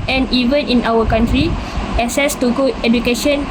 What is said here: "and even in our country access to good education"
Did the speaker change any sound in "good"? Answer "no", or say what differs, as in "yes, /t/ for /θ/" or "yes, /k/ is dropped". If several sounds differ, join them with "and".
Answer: yes, /d/ is dropped